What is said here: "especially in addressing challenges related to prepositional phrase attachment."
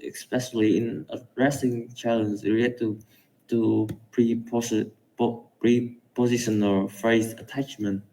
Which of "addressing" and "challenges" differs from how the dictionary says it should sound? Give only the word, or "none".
challenges